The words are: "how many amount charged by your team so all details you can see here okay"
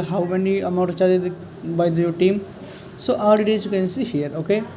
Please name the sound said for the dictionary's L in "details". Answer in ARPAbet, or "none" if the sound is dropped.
none